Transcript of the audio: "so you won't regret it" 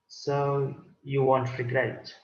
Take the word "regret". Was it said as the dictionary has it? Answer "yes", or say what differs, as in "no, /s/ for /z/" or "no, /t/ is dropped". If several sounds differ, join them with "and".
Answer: no, /t/ is dropped